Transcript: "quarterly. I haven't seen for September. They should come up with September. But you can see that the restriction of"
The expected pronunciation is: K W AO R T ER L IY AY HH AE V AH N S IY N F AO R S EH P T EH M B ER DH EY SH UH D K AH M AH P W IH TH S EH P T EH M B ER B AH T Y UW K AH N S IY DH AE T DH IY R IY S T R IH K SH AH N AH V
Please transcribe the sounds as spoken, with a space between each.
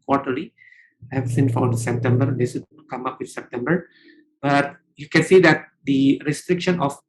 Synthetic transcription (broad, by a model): K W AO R T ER L IY AY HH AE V S IY N F AO R S EH P T EH M B ER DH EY S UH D K AH M AH P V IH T S EH P T EH M B ER B AH T Y UW K AH N S IY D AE T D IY R IY S T R IH K SH AH N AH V